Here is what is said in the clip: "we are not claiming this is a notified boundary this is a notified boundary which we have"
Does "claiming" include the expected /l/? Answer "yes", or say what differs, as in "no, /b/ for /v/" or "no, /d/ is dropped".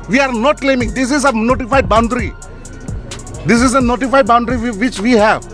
yes